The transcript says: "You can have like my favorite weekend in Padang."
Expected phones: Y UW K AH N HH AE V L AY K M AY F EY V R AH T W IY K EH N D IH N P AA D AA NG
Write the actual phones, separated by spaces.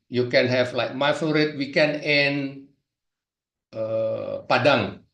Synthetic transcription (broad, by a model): Y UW K AH N HH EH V L AY K M AY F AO R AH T W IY K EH N IH N P AA D AA NG